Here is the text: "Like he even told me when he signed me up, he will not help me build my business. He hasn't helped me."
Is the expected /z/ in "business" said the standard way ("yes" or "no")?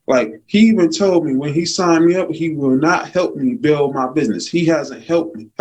yes